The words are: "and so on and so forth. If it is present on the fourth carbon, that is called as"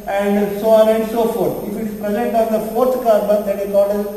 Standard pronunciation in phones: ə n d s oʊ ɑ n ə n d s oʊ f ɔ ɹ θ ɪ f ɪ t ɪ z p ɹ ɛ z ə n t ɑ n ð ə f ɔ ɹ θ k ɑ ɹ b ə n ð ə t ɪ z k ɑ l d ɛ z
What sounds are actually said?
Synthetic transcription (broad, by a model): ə n d s oʊ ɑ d ə n d s oʊ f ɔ ɹ t ɪ f ɪ t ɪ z p ɹ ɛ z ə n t ɑ n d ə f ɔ ɹ t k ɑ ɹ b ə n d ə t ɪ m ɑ d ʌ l